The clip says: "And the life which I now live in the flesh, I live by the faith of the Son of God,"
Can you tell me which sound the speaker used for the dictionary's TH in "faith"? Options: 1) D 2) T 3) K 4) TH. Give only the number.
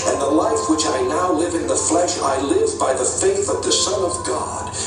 4